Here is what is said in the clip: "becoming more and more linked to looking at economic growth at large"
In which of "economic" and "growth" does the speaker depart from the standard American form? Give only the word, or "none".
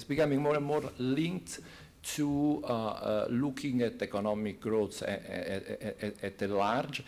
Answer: growth